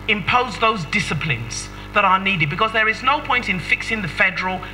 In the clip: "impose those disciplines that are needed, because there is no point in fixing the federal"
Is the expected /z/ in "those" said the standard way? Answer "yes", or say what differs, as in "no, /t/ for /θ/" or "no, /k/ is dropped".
yes